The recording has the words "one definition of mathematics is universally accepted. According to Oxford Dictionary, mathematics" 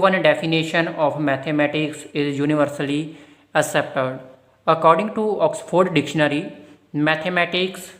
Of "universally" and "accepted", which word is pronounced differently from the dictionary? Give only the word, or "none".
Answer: accepted